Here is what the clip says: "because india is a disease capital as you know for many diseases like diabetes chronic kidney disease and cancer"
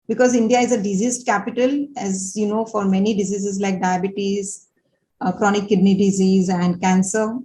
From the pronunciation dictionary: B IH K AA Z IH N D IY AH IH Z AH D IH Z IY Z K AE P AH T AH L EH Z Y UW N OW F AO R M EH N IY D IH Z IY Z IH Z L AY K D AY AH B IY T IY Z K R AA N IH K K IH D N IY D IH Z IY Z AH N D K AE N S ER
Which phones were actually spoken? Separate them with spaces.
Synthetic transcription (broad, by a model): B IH K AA Z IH N D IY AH IH Z AH D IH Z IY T K AE P AH T AH L EH Z Y UW N OW F AO R M EH N IY D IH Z IY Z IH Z L AY K D AY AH B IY T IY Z K R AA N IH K K IH D N IY D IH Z IY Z AH N D K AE N S ER